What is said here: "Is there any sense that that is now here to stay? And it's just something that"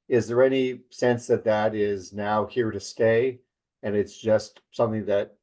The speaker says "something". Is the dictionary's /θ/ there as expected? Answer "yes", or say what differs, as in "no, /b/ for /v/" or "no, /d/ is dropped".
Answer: yes